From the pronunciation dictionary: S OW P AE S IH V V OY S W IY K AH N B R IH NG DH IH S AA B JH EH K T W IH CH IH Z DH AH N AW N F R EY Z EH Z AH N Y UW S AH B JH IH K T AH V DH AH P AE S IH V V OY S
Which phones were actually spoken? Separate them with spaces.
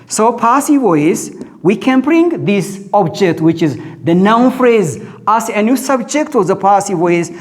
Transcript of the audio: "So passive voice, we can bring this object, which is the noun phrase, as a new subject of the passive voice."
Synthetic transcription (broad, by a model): S OW P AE S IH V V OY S W IY K AH N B R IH NG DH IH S AA B JH EH K T W IH CH IH Z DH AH N AW N F R EY Z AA S AH N Y UW S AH B JH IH K T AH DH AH P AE S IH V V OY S